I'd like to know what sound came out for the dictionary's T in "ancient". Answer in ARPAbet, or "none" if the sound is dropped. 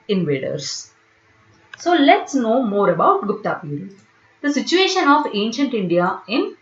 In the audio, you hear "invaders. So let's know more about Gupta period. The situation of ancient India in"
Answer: T